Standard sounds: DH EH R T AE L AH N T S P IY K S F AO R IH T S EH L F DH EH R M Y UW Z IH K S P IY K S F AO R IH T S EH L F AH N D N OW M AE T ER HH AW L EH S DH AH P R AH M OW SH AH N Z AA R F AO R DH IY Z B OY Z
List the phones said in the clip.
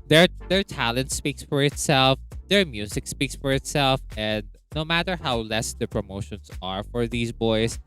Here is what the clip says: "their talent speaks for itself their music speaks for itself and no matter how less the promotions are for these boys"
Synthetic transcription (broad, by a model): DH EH R T AE L AH N T S P IY K S F AO R IH T S EH L F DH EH R M Y UW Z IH K S P IY K S F AO R IH T S EH L F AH N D N OW M AE T ER HH AW L EH S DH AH P R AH M OW SH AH N S AA R F AO R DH IY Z B OY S